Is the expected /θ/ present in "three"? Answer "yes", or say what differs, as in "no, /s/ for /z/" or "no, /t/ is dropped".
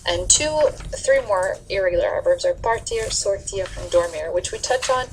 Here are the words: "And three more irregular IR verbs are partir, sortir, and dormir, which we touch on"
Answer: yes